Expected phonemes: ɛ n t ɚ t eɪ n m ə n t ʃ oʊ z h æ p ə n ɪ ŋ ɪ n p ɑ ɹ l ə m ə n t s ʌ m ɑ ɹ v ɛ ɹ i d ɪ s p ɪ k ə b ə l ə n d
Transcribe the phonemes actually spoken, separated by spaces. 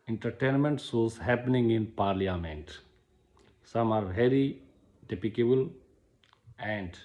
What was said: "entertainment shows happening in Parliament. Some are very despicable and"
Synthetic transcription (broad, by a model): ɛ n t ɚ t eɪ n m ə n t s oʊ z h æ p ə n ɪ ŋ ɪ n p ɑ ɹ l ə m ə n t s ʌ m ɑ ɹ v ɛ ɹ i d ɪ p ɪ k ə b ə l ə n d